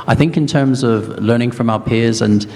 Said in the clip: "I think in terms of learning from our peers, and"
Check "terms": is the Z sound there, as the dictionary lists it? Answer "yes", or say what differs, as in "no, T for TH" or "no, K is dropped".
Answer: yes